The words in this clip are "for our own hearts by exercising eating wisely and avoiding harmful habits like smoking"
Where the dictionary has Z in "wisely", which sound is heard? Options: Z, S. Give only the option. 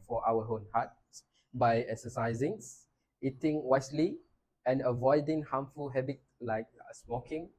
S